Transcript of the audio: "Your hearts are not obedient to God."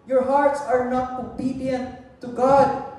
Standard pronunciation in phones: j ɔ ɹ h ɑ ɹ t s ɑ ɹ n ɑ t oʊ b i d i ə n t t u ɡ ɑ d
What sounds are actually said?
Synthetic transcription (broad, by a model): j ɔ ɹ h ɑ ɹ t s ɑ ɹ n ɑ t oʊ b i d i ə n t t u ɡ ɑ d